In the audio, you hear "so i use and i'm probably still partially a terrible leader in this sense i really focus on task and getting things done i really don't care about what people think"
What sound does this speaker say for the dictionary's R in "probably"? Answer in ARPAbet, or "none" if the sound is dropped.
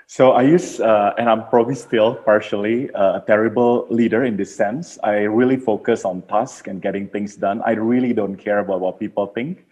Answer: R